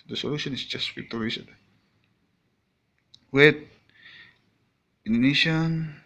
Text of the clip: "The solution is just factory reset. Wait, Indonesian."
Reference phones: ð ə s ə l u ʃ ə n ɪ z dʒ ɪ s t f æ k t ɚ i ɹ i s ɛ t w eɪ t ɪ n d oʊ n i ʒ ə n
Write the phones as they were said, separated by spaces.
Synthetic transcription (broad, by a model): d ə s ə l u ʃ ə n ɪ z dʒ ɪ s t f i t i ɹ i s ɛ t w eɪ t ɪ n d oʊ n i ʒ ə n